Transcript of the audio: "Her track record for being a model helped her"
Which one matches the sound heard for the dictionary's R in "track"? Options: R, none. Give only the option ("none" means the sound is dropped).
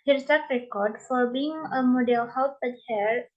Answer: none